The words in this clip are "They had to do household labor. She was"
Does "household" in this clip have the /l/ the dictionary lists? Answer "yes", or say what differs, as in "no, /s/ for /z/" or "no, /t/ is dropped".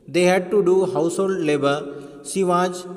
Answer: yes